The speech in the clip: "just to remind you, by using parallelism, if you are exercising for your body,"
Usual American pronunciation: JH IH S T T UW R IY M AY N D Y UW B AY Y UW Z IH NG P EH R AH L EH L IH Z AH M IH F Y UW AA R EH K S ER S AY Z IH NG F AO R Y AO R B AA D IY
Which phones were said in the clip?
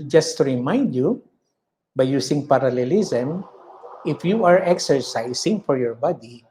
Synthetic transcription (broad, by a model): JH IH S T T UW R IY M AY N D Y UW B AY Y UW S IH NG P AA R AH L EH L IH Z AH M IH F Y UW AA R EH K S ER S AY S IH NG F AO R Y AO R B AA D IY